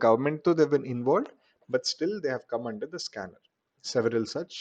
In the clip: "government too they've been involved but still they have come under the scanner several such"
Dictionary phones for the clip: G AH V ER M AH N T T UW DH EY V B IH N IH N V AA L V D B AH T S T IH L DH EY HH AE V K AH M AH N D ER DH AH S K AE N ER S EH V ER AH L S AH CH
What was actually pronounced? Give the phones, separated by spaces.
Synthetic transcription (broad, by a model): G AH V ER M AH N T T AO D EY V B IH N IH N V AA L D B AH T S T IH L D EY HH AE V K AH M AH N D ER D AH S K AE N ER S EH V ER AH L S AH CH